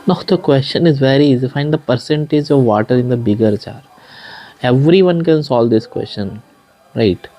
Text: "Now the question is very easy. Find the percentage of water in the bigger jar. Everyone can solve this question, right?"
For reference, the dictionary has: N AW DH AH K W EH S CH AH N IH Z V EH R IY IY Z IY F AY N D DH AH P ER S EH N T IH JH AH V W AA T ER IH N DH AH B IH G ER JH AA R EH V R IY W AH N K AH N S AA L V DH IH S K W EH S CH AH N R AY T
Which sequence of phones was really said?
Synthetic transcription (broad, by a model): N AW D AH K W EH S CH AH N IH Z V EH R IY IY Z F AY N D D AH P ER S EH N T IH JH AH V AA T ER IH N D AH B IH G ER CH AA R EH V R IY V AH N K AH N S AA L V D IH S K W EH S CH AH N R AY T